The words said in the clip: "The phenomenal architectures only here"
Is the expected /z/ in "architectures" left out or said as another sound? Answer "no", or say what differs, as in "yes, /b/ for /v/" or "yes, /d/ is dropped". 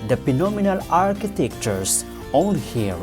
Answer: yes, /s/ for /z/